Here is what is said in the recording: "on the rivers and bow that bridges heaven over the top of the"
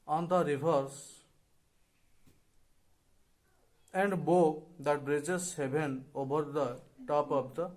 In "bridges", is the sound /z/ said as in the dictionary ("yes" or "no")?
no